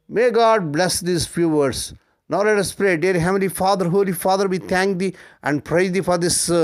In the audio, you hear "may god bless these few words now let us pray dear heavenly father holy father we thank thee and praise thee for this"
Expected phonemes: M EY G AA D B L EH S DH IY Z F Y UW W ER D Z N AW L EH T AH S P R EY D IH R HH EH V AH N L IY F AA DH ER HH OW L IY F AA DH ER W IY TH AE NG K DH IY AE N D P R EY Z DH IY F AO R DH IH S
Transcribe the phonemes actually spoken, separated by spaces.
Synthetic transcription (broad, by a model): M EY G AA D B L EH S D IY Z F Y UW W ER D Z N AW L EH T AH S P R EY D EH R HH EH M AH L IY F AA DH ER HH OW L IY F AA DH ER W IY T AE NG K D IY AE N D P R EY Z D IY F AO R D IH S